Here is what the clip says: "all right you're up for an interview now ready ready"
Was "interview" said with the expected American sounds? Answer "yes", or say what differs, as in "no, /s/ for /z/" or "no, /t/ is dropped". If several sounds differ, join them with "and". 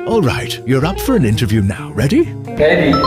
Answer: yes